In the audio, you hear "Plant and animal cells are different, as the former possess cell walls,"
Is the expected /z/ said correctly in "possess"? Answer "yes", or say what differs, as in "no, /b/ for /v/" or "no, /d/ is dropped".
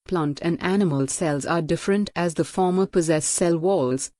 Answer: yes